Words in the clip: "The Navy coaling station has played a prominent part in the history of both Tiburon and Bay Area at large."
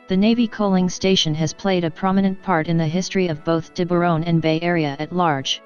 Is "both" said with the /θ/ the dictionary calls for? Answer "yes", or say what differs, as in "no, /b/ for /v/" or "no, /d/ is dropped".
yes